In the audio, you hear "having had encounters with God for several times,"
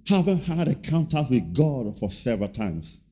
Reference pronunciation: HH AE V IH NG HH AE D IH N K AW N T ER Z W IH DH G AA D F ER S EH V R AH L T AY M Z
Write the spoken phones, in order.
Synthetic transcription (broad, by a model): HH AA V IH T HH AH D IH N K AW N T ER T W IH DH G AA D F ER S EH V R AH L T AY M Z